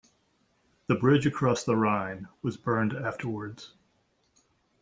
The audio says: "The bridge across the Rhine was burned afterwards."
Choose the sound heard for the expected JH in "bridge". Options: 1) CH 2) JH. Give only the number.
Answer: 2